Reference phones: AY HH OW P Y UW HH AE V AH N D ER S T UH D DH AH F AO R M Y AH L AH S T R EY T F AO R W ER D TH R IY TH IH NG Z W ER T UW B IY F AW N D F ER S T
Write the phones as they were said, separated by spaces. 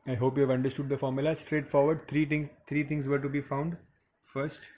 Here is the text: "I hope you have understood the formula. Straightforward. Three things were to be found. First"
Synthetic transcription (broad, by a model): AY HH OW P Y UW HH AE V AH N D ER S T UH D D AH F AO R M Y AH L AH S T R EY T F AO R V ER D T R IY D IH NG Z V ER T UW B IY F AW N D F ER S T